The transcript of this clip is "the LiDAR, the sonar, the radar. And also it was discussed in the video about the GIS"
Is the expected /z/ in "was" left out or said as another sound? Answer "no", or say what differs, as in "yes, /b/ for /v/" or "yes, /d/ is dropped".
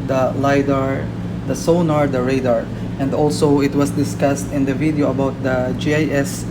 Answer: yes, /s/ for /z/